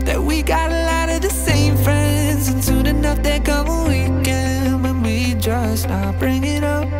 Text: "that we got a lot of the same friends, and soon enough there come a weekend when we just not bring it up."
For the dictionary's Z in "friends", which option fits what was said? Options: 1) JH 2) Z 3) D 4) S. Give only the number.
2